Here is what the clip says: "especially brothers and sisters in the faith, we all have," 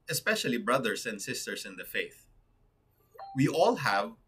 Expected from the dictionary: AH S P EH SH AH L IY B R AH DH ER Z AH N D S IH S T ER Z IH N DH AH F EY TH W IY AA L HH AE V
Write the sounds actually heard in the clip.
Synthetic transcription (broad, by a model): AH S P EH SH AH L IY B R AH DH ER S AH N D S IH S T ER S IH N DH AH F EY TH W IY AA L HH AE V